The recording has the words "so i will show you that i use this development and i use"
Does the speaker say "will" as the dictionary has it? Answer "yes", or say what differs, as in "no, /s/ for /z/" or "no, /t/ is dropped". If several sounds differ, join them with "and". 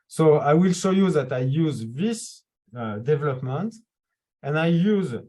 yes